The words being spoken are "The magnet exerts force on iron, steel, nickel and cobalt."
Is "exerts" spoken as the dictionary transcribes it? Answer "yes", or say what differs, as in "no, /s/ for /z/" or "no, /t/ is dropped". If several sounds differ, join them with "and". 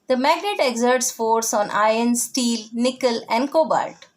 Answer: yes